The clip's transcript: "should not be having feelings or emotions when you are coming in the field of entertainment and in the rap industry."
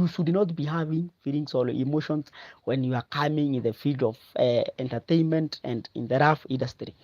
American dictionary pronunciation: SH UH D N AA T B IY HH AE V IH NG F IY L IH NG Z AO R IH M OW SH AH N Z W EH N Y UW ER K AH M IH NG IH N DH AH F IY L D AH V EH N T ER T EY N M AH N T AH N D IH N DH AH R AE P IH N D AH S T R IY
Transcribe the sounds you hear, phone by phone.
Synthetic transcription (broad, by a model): SH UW D N AA T B IY HH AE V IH NG F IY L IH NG S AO L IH M OW SH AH N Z W EH N Y UW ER K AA M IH NG IH N DH AH F IY L D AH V EH N T ER T EY N M AH N T AH N D IH N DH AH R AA F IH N D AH S T R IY